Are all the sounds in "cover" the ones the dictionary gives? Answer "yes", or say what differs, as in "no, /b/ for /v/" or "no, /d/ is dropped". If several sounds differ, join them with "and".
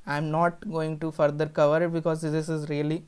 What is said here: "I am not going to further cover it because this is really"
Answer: yes